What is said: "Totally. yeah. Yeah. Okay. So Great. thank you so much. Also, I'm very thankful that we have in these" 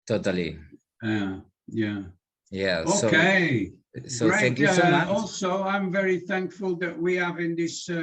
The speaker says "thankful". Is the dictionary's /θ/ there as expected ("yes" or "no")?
yes